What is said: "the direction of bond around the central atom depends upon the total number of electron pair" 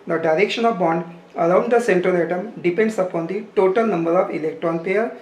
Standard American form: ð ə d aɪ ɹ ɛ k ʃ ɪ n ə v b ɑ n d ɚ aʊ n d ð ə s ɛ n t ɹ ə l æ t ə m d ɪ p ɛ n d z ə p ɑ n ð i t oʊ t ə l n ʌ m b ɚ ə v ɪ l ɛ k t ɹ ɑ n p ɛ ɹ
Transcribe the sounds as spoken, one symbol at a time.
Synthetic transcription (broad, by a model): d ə d aɪ ɹ ɛ k ʃ ɪ n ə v b ɑ n d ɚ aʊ n d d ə s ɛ n t ɹ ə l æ t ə m d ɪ p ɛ n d s ə p ɑ n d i t oʊ t ə l n ʌ m b ɚ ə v ɪ l ɛ k t ɹ ɑ n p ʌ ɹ